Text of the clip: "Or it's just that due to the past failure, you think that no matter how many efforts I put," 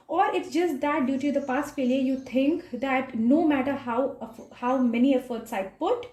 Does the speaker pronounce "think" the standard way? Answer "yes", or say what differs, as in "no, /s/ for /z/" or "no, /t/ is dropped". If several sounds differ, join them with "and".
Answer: no, /t/ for /θ/